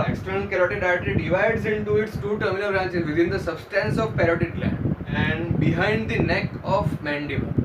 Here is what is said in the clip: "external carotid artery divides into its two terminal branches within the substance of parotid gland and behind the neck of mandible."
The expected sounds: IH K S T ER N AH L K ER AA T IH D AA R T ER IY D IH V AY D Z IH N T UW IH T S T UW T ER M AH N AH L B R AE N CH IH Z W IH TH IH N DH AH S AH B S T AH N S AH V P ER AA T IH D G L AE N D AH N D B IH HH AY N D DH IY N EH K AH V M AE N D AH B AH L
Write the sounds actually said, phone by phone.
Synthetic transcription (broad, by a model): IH K S T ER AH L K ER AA T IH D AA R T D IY D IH V AY D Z IH N T UW IH T S T UW T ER M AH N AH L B R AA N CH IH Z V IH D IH N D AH S AH B S T AH N S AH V P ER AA T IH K L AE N AH N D B IH HH AY N D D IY N EH K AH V M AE N D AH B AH